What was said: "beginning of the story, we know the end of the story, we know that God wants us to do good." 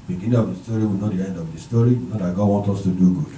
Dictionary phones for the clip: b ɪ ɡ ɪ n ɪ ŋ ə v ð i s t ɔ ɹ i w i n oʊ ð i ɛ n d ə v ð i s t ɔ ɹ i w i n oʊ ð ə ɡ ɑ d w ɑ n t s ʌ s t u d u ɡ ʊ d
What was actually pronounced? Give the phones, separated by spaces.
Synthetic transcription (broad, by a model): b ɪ ɡ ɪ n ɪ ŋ ə v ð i s t ɔ ɹ i w i n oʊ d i ɛ n d ə v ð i s t ɔ ɹ i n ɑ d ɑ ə ɡ ɑ d w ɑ n t ʌ s t u d u ɡ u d